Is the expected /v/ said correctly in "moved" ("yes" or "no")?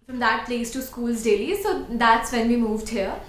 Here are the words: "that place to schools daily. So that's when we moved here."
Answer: yes